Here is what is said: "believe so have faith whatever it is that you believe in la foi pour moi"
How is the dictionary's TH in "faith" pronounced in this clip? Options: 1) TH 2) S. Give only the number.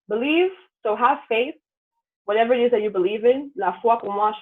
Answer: 1